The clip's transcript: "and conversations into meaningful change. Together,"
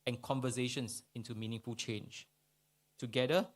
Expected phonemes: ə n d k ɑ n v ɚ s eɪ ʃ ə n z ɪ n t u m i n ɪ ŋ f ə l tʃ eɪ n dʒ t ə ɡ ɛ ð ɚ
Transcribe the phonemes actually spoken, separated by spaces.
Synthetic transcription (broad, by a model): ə n k ɑ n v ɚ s eɪ ʃ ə n s ɪ n t u m i n ɪ ŋ f ə l tʃ eɪ n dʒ t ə ɡ ɛ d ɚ